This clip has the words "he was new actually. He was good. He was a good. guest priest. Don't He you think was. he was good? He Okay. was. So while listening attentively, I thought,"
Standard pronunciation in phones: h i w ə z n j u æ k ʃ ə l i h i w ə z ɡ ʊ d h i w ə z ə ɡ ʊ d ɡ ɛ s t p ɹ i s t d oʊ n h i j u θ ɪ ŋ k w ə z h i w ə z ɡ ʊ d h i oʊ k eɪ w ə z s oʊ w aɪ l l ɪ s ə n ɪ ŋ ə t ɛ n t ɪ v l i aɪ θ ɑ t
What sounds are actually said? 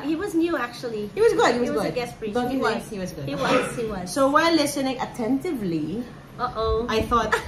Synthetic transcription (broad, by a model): h i w ə z n j u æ k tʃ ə l i h i w ə z ɡ ʊ d h i w ə z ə ɡ ʊ d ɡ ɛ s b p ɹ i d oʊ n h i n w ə h i w ə z ɡ ʊ d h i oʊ i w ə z s oʊ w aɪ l l ɪ s ə n ɪ ŋ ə t ɛ n t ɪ v l i aɪ θ ɑ t